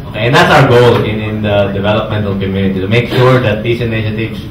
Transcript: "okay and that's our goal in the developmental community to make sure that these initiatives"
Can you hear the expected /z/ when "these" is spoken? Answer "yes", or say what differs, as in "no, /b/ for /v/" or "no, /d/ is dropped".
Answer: no, /s/ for /z/